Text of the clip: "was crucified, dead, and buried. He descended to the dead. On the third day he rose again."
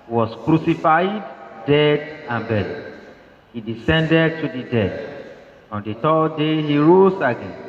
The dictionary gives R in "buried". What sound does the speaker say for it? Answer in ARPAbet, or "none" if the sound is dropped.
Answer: L